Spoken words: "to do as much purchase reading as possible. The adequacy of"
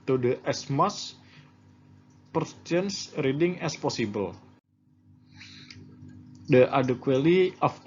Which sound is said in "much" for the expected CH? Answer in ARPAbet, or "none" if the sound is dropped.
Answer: S